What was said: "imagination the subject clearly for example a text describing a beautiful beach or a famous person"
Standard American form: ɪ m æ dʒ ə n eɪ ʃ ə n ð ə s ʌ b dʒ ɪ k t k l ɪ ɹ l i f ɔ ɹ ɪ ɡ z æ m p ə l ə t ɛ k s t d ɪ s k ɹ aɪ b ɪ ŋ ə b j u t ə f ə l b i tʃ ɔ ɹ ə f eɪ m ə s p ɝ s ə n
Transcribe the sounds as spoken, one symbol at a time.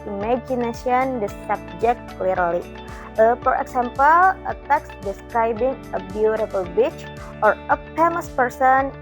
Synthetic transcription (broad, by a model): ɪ m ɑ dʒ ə n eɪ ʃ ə n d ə s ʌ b dʒ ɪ k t k l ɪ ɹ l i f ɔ ɹ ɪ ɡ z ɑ m p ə l ə t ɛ k s d ɪ s k ɹ aɪ b ɪ ŋ ə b j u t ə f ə l b i tʃ ɔ ɹ ə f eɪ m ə s p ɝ s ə n